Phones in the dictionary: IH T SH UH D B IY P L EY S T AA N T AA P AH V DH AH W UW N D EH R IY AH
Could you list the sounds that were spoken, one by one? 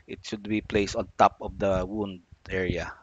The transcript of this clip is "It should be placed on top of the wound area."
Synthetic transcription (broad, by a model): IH T SH UH D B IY P L EY S T AA N T AA P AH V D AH W UW N D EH R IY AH